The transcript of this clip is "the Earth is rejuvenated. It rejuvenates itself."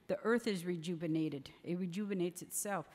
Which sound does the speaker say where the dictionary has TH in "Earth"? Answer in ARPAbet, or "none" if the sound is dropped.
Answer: TH